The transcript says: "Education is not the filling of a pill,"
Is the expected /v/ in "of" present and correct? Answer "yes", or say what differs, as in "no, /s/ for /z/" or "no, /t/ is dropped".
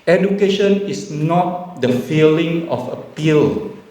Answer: no, /f/ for /v/